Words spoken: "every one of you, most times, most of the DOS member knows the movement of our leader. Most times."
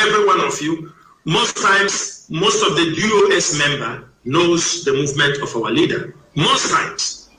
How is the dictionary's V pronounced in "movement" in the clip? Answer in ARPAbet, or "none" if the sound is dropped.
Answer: V